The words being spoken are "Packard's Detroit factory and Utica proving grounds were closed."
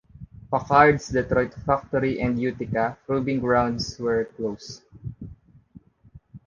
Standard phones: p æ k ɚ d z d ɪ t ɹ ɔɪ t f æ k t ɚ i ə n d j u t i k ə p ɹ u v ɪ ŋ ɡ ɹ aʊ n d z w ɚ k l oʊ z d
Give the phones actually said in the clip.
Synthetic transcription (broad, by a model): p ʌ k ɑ d s d ɪ t ɹ ɔɪ t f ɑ k t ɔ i ə n d j u t i k ə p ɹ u b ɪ ŋ ɡ ɹ aʊ n d s w ɚ k l oʊ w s